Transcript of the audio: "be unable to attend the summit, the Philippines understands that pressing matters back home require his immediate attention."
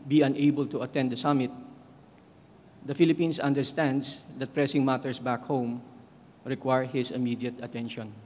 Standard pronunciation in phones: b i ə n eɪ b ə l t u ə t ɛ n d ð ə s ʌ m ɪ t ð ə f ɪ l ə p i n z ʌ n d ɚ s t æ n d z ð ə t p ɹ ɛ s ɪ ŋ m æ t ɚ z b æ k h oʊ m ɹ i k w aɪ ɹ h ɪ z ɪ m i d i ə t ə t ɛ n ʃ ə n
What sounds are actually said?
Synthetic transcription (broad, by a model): b i ə n eɪ b ə l t u ə t ɛ n d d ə s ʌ m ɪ t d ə f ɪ l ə p i n s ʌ n d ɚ s t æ n d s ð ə t p ɹ ɛ s ɪ ŋ m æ t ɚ s b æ k h oʊ m ɹ i k w aɪ ɹ h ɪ s ɪ m i d i ə t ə t ɛ n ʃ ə n